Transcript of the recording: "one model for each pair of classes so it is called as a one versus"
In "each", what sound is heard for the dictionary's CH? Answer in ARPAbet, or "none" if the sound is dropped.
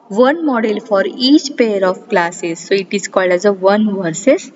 CH